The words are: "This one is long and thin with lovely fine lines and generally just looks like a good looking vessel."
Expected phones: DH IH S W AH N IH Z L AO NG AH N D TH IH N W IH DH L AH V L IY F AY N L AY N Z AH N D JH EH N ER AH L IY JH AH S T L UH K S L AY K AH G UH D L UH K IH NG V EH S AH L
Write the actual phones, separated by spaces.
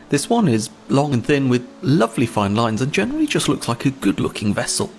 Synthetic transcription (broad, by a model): DH IH S W AH N IH Z L AO NG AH N TH IH N W IH DH L AH V L IY F AY N L AY N Z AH N JH EH N ER AH L IY JH AH S T L UH K S L AY K AH G UH D L UH K IH NG V EH S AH L